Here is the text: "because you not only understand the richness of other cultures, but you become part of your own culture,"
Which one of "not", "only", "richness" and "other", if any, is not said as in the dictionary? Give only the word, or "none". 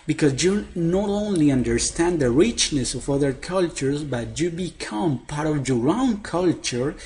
none